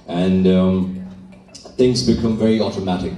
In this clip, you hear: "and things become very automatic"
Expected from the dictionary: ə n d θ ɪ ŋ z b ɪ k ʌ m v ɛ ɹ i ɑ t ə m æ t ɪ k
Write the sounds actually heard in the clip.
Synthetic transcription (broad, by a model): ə n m θ ɪ ŋ z b ɪ k ʌ m v ɛ ɹ i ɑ t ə m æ t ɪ k